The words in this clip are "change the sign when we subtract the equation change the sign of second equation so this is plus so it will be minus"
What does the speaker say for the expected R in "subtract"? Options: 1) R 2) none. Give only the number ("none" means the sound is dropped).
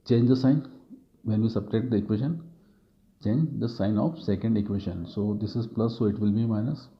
2